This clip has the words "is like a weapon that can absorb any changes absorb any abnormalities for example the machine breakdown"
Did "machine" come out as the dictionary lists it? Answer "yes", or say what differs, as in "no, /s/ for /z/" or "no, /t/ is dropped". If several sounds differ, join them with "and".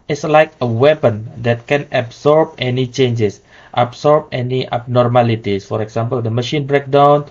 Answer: yes